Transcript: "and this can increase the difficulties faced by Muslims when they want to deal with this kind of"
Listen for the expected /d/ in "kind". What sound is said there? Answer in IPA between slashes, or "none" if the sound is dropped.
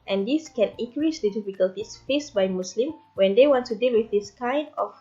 /d/